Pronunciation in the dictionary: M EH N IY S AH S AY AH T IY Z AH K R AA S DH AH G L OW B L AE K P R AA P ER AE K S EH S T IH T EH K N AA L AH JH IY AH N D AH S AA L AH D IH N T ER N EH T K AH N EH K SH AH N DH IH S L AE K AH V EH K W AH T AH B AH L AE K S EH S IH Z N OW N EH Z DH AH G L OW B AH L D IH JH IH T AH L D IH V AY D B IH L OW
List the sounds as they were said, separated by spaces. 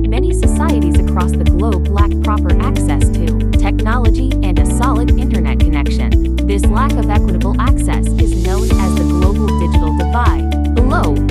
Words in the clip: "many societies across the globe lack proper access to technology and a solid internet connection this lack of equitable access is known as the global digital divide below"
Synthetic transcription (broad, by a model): M EH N IY S AH S AY AH T IY Z AH K R AA S DH AH G L OW B L AE K P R AA P ER AE K S EH S T IH T EH K N AA L AH JH IY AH N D AH S AA L AH D IH N T ER N EH T K AH N EH K SH AH N DH IH S L AE K AH V EH K W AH T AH B L AE K S EH S IH Z N OW N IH Z DH AH G L OW B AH L D IH JH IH T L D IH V AY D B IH L OW